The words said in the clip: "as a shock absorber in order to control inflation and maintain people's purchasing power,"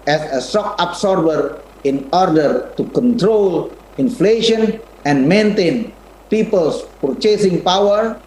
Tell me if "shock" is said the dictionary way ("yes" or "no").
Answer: no